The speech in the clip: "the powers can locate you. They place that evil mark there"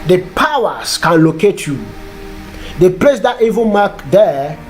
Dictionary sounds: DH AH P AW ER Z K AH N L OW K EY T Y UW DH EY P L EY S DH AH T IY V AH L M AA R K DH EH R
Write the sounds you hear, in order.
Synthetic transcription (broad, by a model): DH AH P AW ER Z K AH N L OW K EY T Y UW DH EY P L EY S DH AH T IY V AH N M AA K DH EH